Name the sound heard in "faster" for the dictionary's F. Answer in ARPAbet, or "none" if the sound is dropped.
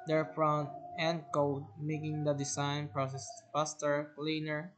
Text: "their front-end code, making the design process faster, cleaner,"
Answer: P